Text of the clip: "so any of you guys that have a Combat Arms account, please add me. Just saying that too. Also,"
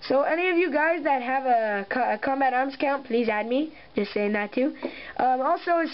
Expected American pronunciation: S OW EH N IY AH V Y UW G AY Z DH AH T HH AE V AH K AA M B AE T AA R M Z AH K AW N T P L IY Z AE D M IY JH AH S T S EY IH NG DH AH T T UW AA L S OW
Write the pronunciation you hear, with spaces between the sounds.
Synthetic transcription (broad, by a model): S OW EH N IY AH V Y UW G AY Z DH AH T HH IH V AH K AA M B AE T AA R M Z K AW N P L IY Z AE D M IY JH AH S T S EY IH NG DH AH T T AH AA L S OW